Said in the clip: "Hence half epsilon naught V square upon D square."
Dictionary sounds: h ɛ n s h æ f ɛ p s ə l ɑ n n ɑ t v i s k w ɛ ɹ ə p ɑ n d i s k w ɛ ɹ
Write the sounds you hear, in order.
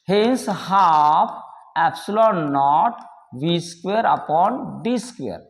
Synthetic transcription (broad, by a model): h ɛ n s h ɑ p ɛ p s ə l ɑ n n ɑ t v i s k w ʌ ɹ ə p ɑ n d i s k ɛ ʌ ɹ